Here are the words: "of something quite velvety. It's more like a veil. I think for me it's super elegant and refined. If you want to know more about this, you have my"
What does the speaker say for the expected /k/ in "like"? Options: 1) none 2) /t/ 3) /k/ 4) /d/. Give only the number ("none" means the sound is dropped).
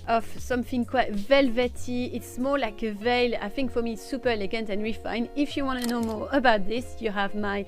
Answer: 3